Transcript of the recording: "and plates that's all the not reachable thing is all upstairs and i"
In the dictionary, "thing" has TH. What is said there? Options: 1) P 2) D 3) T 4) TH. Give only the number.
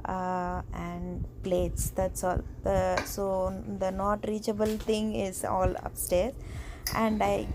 3